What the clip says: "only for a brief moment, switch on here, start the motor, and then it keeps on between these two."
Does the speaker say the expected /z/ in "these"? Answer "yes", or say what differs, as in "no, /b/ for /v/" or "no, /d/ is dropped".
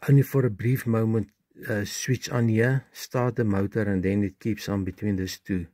no, /s/ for /z/